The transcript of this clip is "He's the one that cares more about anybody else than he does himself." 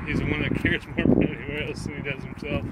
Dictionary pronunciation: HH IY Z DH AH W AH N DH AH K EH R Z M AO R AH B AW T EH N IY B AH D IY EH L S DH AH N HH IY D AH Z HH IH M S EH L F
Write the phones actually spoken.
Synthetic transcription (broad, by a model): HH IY Z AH W AH N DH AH K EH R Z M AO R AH IY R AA IY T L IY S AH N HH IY D AH Z HH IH M S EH L F